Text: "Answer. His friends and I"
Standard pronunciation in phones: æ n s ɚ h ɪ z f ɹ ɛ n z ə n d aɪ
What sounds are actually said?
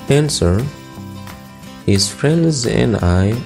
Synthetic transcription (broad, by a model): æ n s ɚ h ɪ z f ɹ ɛ n z ə n d aɪ